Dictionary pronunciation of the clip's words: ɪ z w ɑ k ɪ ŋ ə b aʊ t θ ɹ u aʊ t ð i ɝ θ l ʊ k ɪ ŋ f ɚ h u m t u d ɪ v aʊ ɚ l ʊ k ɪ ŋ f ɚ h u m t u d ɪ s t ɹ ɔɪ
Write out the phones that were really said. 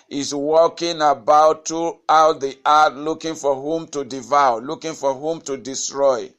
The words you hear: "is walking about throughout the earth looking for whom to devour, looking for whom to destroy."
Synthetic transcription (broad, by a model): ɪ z w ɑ k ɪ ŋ ə b aʊ t ɹ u aʊ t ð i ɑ t l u k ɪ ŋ f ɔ h u m t u d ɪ v aʊ l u k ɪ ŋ f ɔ h u m t u d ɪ s t ɹ ɔɪ